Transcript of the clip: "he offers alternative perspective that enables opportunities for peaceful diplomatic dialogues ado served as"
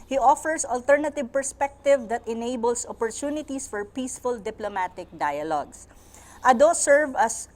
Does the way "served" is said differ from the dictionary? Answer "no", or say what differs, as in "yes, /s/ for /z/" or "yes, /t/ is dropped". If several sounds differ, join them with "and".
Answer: yes, /d/ is dropped